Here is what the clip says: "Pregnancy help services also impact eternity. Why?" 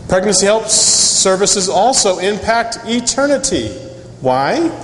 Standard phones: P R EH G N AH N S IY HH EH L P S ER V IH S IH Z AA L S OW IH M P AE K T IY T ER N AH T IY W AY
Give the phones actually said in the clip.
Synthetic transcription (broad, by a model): P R EH G N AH N S IY HH EH L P S ER V IH S IH Z AA L S OW IH M P AE K T IY T ER N AH T IY W AY